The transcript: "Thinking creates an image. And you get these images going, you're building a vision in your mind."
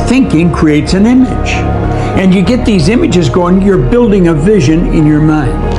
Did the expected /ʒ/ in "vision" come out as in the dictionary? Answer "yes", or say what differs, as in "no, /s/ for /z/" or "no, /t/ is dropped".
yes